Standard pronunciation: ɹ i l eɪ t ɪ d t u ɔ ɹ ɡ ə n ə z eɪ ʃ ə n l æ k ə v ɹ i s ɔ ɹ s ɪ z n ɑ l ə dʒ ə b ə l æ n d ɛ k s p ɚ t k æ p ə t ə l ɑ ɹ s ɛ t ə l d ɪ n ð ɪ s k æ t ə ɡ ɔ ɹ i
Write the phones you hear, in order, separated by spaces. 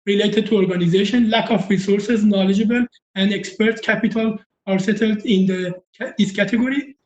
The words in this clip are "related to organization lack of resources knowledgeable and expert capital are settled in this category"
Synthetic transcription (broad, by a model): ɹ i l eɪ t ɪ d t u ɔ ɹ ɡ ə n ə z eɪ ʃ ə n l æ k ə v ɹ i s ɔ ɹ s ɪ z n ɑ l ə dʒ ə b ə l æ n d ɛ k s p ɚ t k æ p ə t ə l ɑ ɹ s ɛ t ə l d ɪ n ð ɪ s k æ t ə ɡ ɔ ɹ i